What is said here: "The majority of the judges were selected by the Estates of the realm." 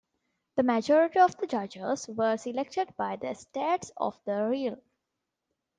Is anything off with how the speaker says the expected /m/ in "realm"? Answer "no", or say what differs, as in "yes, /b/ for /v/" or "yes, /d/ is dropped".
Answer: yes, /m/ is dropped